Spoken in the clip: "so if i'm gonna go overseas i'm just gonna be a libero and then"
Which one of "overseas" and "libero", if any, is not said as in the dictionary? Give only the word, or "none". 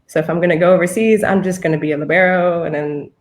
none